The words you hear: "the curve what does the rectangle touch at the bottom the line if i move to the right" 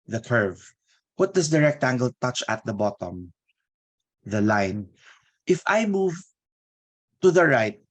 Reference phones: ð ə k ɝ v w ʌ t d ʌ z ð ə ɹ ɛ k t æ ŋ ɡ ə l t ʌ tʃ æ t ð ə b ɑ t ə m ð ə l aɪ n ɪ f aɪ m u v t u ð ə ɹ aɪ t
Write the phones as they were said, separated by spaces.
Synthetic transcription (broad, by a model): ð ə k ɝ v w ʌ t d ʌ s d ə ɹ ɛ k t æ ŋ ɡ ə l t ʌ tʃ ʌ t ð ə b ɑ t ə m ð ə l aɪ n ɪ f aɪ m u v t u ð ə ɹ aɪ t